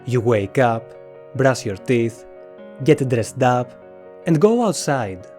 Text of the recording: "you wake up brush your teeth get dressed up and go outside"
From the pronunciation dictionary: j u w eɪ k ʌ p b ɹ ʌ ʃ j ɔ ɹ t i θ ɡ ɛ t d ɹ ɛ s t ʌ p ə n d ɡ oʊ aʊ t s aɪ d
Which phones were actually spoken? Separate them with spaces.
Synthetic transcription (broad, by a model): j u w eɪ k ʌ p b ɹ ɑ s j ɔ ɹ t i θ ɡ ɛ t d ɹ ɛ s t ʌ p ə n d ɡ oʊ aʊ t s aɪ d